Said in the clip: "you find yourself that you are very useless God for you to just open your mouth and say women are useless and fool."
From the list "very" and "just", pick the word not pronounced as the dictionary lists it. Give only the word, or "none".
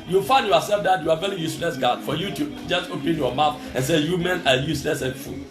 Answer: none